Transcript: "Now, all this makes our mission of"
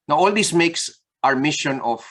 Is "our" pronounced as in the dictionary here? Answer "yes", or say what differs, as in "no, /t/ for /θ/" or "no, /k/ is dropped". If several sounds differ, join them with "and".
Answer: yes